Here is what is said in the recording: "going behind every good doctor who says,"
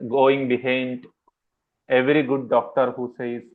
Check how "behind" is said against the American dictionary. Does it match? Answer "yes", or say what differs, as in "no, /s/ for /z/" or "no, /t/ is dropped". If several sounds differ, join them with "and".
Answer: yes